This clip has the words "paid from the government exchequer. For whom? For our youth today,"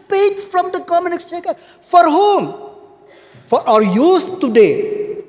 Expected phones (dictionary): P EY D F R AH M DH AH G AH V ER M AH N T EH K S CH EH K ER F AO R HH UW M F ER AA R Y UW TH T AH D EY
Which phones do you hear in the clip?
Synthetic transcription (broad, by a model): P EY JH F R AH M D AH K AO M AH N IH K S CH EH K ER F AO R HH UW M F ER AA R Y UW S T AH D EY